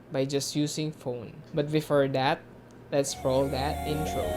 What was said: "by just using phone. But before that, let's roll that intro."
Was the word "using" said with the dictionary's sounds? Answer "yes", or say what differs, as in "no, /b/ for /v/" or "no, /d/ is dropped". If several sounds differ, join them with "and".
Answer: no, /s/ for /z/